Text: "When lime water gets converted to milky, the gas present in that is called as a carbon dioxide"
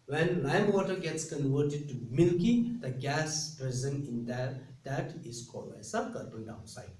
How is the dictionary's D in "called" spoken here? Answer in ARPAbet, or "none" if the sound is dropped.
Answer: none